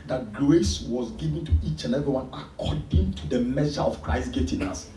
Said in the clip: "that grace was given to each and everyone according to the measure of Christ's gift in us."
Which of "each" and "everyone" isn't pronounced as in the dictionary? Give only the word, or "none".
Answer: everyone